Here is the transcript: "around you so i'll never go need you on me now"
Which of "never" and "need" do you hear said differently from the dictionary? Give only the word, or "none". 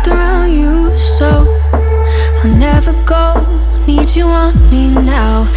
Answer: none